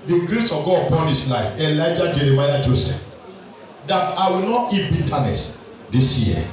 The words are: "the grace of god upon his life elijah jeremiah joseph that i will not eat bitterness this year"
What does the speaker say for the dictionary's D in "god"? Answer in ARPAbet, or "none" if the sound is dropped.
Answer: none